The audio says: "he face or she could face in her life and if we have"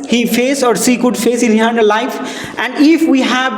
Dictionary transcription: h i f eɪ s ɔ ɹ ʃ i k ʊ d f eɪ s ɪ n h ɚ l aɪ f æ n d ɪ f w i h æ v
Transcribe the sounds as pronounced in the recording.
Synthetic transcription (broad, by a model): h i f eɪ s ɔ ɹ s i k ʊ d f eɪ s ɪ n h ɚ l aɪ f æ n d ɪ f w i h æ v